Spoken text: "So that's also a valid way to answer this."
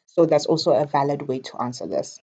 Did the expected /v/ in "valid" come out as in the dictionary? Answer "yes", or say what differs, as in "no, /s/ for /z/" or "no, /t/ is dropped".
yes